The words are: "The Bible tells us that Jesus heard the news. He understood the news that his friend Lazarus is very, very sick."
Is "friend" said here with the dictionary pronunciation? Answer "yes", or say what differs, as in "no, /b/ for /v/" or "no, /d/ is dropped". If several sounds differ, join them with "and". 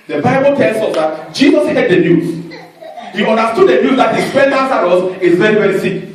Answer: no, /ɹ/ is dropped